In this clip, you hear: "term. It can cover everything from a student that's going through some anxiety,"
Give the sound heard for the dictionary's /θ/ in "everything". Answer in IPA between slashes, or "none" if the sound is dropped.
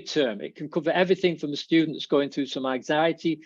/θ/